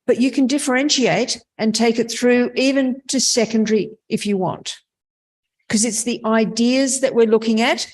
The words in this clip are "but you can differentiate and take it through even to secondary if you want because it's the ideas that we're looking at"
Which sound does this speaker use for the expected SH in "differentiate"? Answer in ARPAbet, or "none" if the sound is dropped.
SH